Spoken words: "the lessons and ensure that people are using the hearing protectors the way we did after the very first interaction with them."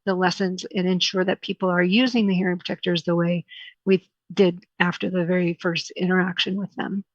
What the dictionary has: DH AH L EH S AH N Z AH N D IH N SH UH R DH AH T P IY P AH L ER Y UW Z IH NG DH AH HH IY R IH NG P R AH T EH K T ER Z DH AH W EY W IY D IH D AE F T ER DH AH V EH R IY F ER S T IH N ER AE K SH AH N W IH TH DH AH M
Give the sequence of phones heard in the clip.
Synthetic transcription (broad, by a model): DH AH L EH S AH N Z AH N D IH N SH UH R DH AH T P IY P L ER Y UW Z IH NG DH AH HH IY R IH NG P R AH T EH K T ER Z DH AH W EY W IY D IH D AE F T ER DH AH V EH R IY F ER S T IH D ER AE K SH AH N W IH DH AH M